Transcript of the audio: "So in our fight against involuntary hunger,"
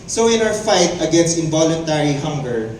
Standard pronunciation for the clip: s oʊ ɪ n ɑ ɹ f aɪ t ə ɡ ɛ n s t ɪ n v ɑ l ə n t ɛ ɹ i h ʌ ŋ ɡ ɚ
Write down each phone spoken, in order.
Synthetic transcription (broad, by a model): s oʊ ɪ n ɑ w f aɪ t ə ɡ ɛ n s t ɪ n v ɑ l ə n t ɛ ɹ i h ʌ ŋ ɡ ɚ